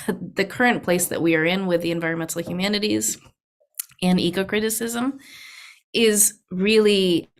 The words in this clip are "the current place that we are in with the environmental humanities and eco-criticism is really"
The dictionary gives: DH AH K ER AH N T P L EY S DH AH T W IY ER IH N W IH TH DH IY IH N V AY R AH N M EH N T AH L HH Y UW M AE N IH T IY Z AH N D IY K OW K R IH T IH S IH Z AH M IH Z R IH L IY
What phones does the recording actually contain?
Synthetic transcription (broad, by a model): DH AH K ER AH N P L EY S DH AH T W IY ER IH N W IH DH IY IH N V AY R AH N M EH N T L HH Y UW M AE N IH T IY Z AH N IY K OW K R IH T IH S IH Z AH M IH Z R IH L IY